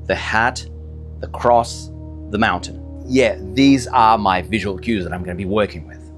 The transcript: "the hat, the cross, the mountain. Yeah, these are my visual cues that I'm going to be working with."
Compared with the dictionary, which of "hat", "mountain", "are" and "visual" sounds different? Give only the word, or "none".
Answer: none